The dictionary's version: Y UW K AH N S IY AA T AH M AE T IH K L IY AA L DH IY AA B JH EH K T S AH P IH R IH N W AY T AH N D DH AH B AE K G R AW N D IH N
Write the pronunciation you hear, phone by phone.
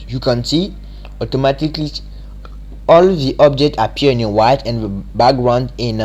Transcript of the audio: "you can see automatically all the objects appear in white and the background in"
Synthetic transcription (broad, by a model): Y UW K AH N S IY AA T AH M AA T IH K L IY AA L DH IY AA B JH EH K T AH P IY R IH N W AY T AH N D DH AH B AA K G R AW N D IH N